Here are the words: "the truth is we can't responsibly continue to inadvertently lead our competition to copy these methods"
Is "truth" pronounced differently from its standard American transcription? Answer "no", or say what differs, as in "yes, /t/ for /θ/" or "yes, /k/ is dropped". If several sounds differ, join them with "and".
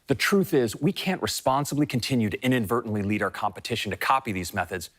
no